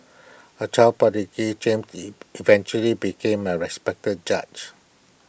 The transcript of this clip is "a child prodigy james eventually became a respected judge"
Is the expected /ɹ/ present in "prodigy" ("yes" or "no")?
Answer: no